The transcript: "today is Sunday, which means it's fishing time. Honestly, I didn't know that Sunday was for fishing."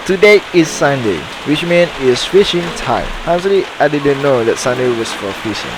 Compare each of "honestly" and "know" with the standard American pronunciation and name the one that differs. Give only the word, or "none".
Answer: honestly